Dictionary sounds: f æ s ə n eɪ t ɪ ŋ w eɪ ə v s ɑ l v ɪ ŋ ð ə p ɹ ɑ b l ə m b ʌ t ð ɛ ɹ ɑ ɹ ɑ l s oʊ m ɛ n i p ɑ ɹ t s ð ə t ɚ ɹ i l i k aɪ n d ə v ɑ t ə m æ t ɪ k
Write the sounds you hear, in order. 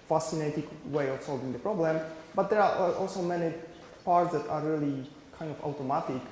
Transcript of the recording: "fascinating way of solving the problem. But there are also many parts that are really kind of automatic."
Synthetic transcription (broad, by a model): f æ s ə n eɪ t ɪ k w eɪ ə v s ɑ l v ɪ ŋ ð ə p ɹ ɑ b l ə m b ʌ t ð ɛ ɹ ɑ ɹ ɑ l s oʊ m ɛ n i p ɑ ɹ t s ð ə t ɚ ɹ i l i k aɪ n d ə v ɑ t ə m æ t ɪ k